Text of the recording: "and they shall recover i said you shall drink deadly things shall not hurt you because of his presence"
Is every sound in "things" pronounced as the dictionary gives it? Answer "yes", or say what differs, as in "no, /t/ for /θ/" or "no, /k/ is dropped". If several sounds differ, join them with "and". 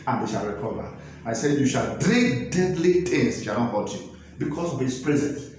no, /t/ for /θ/